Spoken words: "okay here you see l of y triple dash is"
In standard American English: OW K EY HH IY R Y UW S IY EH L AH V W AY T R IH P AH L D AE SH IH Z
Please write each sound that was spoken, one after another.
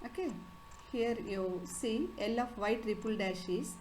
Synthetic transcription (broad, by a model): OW K EY HH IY R Y UW S IY EH L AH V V AY T R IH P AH L D AE SH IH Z